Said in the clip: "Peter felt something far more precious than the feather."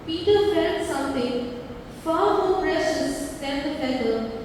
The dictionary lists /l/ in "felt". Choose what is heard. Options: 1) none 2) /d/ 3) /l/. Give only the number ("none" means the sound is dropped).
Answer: 1